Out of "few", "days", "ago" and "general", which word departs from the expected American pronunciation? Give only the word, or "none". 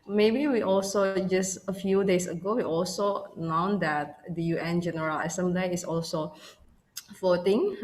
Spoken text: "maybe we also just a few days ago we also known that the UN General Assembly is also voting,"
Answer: days